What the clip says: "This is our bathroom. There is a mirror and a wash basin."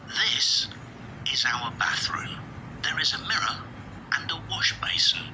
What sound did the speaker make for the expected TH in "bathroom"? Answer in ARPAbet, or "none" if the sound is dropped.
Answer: TH